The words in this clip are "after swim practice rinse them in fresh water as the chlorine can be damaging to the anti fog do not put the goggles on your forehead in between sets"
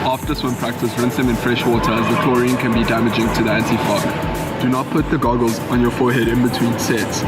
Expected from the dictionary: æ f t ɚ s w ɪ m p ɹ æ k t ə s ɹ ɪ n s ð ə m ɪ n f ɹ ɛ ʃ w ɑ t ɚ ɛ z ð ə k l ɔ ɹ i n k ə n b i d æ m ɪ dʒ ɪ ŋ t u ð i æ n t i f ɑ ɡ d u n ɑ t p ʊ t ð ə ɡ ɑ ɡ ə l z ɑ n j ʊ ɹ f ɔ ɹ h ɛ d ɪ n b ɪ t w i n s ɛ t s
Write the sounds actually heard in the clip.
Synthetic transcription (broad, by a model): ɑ f t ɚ s w ɪ m p ɹ æ k t ə s ɹ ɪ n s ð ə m ɪ n f ɹ ɛ ʃ w ɑ t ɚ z ð ə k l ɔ ɹ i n k ə n b i d æ m ɪ dʒ ɪ ŋ t u ð i æ n t i f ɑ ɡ d u n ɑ t p ʊ t ð ə ɡ ɑ ɡ ə l z ɑ n j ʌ f ɔ h ɛ d ɪ n b ɪ t w i n s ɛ t s